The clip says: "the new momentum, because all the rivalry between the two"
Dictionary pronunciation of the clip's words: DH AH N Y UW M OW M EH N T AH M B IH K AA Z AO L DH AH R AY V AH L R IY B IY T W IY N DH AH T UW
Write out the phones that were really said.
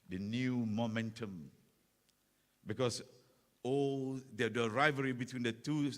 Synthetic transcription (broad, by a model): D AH N Y UW M OW M EH N T AH M B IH K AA S AO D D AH R AY V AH R IY B IY T W IY N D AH T UW